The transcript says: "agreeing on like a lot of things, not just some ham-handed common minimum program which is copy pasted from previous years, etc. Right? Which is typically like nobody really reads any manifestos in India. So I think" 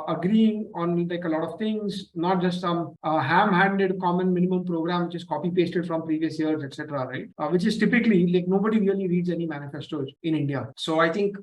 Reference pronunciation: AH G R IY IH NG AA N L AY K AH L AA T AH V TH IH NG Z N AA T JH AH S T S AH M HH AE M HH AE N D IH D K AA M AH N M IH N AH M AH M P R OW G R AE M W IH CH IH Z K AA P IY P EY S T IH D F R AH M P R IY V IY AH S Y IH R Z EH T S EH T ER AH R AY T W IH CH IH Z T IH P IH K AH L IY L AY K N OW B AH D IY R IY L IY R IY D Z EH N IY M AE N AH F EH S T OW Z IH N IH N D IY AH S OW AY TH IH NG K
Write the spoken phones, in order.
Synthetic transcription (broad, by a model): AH G R IY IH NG AA N L AY K AH L AA T AH V T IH NG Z N AA T JH AH S T S AH M HH AE M HH AE N D IH D K AA M AH N M IH N AH M AH M P R OW G R AE M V IH CH IH Z K AA P IY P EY S T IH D F R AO M P R IY V IY AH S Y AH R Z EH T S EH T ER AH R AY T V IH CH IH Z T IH P IH K AH L IY L AY K N OW B AH D IY R IY L IY R IY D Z EH N IY M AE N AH F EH S T OW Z IH N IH N D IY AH S OW AY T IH NG K